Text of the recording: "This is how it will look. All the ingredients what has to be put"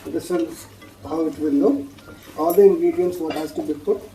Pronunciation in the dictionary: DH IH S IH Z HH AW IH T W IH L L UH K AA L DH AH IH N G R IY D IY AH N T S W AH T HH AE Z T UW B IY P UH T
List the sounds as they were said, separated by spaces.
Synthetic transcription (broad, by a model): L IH S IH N HH AW IH T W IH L N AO AA L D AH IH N G R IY D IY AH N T S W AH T HH AE Z T UW B IY P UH T